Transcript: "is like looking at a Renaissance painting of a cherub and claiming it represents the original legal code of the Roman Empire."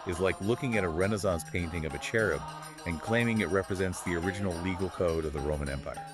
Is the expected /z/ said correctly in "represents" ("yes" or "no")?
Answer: yes